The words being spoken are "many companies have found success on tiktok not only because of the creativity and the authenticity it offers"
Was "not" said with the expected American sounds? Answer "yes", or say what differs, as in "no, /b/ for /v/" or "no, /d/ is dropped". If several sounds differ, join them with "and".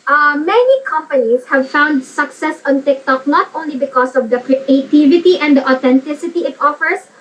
no, /l/ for /n/